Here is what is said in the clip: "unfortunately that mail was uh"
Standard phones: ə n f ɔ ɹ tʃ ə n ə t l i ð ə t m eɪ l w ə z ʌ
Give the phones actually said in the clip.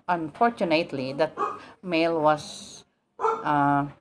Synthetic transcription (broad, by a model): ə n f ɔ ɹ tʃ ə n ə t l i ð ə t m eɪ l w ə s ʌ